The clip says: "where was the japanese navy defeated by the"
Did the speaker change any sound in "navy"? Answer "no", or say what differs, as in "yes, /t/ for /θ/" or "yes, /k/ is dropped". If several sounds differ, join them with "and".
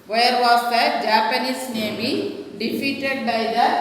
yes, /b/ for /v/